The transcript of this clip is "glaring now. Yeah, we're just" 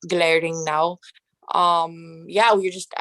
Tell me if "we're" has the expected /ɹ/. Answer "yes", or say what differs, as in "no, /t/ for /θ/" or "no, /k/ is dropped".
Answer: yes